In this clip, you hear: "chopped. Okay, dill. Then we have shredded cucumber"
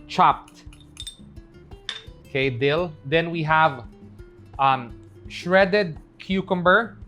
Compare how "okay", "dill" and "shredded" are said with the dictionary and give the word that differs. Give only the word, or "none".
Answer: none